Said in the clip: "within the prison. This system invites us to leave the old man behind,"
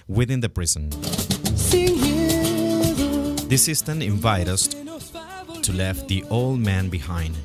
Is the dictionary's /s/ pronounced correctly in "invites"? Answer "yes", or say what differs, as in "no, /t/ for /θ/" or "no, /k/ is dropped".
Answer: no, /s/ is dropped